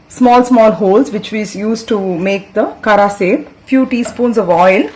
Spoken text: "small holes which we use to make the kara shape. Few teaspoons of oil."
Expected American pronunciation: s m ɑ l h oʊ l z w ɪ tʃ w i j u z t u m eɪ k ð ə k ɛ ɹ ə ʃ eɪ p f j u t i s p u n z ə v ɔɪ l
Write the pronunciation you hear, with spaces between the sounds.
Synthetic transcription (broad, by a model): s m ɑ l h oʊ l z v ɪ tʃ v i j u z t u m eɪ k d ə k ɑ ɹ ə s eɪ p f j u t i s p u n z ə v ɔɪ l